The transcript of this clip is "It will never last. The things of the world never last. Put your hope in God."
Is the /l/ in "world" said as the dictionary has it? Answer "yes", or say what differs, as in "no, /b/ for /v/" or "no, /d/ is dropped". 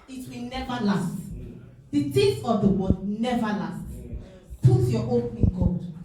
no, /l/ is dropped